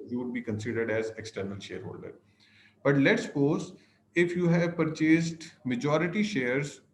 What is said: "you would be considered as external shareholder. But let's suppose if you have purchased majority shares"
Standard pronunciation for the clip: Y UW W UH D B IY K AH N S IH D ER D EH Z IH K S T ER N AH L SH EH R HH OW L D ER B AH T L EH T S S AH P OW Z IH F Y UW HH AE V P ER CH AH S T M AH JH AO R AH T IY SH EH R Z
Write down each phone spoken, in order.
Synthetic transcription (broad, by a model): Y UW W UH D B IY K AH N S IH D ER D EH Z IH K S T ER N AH L SH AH R HH OW L D ER B AH T L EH T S S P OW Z IH F Y UW HH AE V P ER CH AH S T M AH JH AO R AH T IY SH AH R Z